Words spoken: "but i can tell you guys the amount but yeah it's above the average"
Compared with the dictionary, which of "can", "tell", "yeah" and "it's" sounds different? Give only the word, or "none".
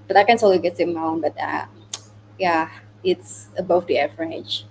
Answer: tell